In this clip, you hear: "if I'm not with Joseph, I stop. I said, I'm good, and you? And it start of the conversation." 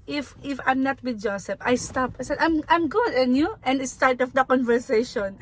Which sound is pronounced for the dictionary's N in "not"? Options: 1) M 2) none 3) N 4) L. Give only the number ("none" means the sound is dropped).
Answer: 3